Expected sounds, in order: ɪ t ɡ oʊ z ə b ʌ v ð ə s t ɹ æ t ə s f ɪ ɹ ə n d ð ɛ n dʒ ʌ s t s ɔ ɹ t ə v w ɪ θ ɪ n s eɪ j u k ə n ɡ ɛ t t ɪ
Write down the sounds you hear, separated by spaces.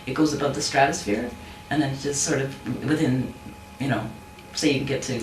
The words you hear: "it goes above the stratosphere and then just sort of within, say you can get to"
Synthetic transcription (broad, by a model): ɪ t ɡ oʊ z ə b ʌ v ð ə s t ɹ æ t ə s f ɪ ɹ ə n ð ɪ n dʒ ʌ s t s ɔ ɹ t ə v w ɪ θ ɪ n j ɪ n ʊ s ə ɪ ɡ ɛ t t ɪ